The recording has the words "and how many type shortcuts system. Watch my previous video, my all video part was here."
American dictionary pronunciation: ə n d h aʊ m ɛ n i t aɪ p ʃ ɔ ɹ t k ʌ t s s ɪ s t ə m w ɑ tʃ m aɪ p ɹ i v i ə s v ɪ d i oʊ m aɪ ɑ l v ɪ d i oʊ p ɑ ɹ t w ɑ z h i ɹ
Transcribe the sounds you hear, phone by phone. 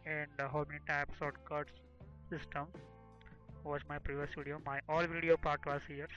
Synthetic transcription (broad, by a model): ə n d h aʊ m ɛ n i t aɪ p s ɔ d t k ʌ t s s ɪ s t ə m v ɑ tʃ m aɪ p ɹ i v i ə s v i d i oʊ m aɪ ɑ l v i d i oʊ p ɑ ɹ t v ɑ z h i ɹ